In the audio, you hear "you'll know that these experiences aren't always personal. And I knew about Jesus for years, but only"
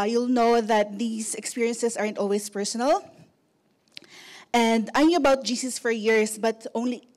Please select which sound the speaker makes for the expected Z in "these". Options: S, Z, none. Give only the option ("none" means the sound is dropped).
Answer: S